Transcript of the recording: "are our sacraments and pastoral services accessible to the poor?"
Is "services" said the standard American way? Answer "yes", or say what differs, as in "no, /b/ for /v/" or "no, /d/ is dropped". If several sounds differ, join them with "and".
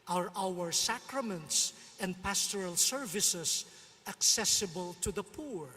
no, /s/ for /z/